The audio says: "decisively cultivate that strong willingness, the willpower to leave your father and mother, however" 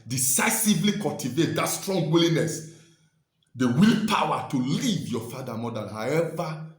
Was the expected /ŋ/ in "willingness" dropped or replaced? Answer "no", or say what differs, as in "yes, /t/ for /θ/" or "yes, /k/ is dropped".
yes, /ŋ/ is dropped